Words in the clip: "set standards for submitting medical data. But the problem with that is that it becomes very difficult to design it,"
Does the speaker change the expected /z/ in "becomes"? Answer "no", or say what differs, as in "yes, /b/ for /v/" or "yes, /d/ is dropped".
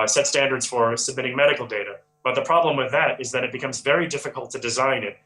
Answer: no